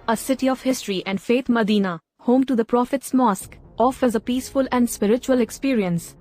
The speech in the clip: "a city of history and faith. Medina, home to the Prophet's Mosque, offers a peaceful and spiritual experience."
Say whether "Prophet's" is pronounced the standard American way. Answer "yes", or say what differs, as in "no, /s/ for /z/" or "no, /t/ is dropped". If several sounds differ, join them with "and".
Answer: yes